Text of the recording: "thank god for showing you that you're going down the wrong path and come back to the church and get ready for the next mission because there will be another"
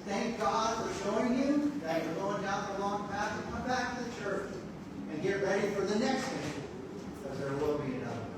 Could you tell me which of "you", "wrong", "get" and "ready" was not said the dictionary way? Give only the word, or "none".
wrong